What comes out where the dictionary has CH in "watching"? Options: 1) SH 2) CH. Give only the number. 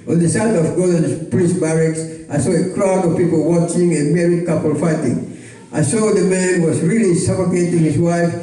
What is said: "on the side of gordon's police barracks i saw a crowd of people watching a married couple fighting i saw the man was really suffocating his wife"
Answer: 2